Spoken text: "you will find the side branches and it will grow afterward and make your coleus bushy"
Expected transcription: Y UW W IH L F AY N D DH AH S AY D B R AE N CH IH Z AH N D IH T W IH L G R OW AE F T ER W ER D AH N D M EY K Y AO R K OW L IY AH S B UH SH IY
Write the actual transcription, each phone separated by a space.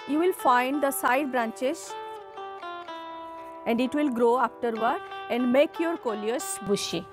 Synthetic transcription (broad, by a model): Y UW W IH L F AY N D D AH S AY D B R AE N CH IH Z AH N D IH T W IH L G R OW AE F T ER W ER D AH N D M EY K Y AO R K OW L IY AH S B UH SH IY